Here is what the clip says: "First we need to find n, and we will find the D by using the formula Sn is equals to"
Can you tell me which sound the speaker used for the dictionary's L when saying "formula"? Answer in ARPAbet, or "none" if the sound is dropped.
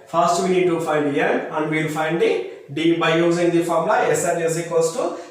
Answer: none